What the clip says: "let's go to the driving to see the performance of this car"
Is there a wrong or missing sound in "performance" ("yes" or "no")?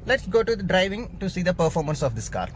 no